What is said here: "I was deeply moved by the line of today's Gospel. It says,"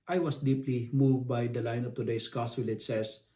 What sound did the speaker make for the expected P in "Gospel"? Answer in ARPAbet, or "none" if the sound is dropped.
none